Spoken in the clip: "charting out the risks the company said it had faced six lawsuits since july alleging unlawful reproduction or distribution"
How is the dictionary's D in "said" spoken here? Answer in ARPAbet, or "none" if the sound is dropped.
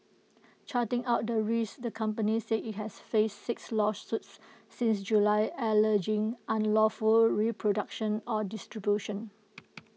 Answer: none